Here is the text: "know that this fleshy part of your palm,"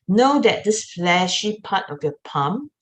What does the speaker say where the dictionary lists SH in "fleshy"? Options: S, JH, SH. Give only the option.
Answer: SH